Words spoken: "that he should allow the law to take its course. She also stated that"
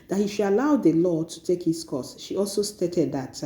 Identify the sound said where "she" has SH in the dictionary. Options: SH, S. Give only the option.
SH